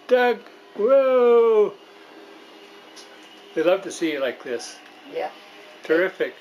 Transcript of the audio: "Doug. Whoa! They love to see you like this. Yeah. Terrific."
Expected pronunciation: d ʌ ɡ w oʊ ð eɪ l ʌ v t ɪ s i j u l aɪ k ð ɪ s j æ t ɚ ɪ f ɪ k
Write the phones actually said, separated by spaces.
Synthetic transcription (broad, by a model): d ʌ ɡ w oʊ ð eɪ l ʌ v t ɪ s i j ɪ l aɪ k ð ɪ s j æ t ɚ ɪ f ɪ k